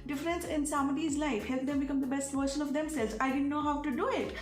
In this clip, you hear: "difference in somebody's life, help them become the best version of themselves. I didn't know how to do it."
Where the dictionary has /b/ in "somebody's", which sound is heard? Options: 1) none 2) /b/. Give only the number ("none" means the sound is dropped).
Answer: 1